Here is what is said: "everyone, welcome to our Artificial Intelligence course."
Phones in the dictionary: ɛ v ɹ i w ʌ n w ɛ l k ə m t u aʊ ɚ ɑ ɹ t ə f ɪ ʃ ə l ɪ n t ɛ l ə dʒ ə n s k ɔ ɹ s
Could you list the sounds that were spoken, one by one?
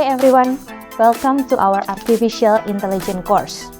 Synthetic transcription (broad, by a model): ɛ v ɹ i w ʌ n w ɛ l k ə m t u aʊ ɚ ɑ ɹ t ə f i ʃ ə l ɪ n t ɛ l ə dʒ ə n k ɔ ɹ s